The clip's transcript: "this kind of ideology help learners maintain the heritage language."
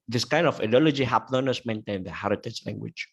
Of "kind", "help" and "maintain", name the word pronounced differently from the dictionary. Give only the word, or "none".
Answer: help